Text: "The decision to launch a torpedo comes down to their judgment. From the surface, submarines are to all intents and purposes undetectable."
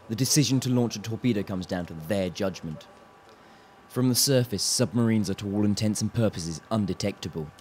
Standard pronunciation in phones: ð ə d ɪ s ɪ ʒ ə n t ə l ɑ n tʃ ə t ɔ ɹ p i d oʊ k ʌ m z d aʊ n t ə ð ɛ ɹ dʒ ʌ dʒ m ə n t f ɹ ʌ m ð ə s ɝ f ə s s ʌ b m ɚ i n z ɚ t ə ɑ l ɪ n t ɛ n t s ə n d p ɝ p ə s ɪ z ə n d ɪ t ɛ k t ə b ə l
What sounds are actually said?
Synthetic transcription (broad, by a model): ð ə d ɪ s ɪ ʒ ə n t ə l ɑ n tʃ ə t ɔ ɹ p i d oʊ k ʌ m z d aʊ n t ə ð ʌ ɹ dʒ ʌ dʒ m ə n t f ɹ ʌ m ð ə s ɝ f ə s s ʌ b m ɚ i n z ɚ t ə ɑ l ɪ n t ɛ n s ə n p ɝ p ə s ɪ z ə n d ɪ t ɛ k t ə b ə l